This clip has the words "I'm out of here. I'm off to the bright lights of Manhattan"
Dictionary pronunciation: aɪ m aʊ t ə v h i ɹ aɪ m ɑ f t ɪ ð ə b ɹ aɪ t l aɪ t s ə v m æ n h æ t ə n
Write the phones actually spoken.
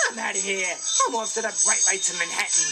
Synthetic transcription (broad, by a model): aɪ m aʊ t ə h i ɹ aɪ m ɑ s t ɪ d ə b ɹ aɪ t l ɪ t ə m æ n h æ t n